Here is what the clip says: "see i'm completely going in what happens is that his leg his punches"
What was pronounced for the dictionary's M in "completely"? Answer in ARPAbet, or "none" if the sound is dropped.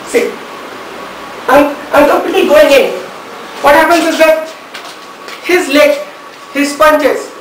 none